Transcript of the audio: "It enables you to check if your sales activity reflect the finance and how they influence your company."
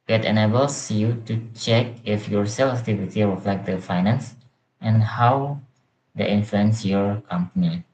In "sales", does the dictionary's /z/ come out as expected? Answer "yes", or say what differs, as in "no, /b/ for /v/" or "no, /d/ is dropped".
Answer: no, /z/ is dropped